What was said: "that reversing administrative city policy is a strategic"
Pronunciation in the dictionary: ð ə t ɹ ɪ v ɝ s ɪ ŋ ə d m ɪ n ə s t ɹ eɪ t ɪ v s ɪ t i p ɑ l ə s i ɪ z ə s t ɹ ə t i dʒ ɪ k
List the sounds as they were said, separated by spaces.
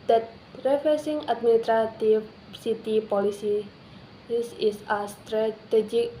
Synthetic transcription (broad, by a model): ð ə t ɹ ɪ f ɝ s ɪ ŋ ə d m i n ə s t ɹ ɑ t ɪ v s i t i p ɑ l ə s i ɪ s ə s t ɹ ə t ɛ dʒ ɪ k